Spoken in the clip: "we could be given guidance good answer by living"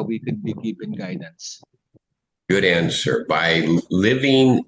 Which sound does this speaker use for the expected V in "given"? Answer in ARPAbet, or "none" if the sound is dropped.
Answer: P